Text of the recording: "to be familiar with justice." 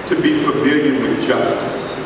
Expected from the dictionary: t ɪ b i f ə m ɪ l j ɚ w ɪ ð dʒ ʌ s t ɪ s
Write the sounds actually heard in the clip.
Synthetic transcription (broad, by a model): t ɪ b i f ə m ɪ j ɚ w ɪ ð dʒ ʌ s t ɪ s